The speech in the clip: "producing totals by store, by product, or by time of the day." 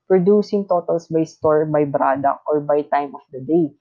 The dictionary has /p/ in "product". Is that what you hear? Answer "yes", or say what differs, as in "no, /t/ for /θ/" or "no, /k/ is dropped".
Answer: no, /b/ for /p/